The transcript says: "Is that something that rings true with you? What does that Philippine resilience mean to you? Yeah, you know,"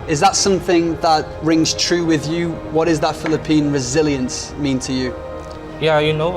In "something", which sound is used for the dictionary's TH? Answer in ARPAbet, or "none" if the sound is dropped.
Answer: TH